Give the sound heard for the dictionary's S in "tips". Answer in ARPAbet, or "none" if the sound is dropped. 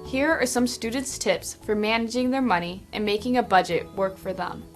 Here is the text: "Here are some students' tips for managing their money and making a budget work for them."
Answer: S